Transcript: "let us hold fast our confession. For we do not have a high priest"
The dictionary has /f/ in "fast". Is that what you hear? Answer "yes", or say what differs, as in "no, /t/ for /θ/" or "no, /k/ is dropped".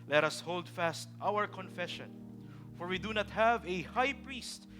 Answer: yes